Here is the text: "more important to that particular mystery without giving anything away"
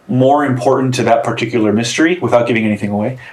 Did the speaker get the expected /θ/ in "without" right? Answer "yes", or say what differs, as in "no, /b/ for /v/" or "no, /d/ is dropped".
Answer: yes